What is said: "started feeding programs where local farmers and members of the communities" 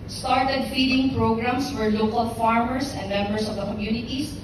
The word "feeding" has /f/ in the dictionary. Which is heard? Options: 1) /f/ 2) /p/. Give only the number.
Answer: 1